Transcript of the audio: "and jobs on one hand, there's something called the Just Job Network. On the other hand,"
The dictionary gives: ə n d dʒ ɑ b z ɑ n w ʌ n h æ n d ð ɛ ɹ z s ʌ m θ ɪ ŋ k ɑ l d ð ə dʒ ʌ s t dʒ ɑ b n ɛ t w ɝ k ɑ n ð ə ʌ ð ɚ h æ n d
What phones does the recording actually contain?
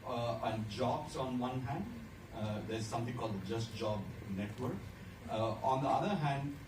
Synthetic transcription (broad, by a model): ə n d dʒ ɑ b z ɑ n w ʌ n h æ n d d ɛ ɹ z s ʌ m t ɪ ŋ k ɑ l d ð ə dʒ ʌ s t dʒ ɑ b n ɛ t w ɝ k ɑ n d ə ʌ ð ɚ h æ n d